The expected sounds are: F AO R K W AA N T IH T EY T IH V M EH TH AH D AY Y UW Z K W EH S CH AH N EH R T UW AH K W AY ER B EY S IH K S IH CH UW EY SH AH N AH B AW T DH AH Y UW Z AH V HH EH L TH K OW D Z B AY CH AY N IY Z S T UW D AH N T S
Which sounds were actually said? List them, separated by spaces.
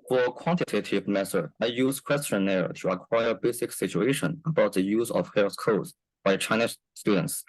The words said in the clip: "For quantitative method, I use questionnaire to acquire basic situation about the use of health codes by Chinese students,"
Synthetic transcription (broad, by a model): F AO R K W AA N T IH T EY T IH V M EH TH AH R AY Y UW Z K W EH S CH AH N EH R T UW AH K W AY ER B EY S IH K S IH CH UW EY SH AH N AH B AW T DH AH Y UW Z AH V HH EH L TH K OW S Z B AY CH AY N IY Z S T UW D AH N T S